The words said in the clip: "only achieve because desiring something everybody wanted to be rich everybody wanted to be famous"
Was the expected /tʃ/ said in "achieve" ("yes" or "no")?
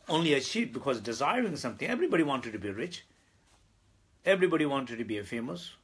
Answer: no